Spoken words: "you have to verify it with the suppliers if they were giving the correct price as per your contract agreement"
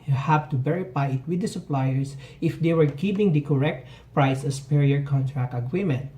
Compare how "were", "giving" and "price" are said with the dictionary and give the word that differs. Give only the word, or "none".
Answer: giving